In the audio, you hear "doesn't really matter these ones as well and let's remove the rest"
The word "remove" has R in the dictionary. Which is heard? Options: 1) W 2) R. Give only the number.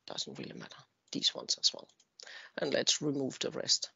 2